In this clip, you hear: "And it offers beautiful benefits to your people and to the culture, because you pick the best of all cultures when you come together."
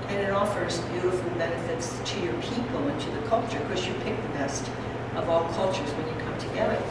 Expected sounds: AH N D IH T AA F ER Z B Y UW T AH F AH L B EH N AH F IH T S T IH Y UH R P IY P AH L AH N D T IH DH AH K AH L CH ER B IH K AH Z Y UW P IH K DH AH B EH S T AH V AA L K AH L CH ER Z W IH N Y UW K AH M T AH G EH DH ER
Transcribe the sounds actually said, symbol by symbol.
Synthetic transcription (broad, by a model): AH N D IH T AA F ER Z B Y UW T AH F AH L B EH N AH F IH T S T IH Y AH R P IY P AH L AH N T IH DH AH K AH L CH ER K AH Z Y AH P IH K DH AH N EH S T AH V AA L K AH L CH ER Z W IH N Y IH K AH M T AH G EH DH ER